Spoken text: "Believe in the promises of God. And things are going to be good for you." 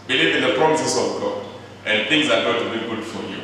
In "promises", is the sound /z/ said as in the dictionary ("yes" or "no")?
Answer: no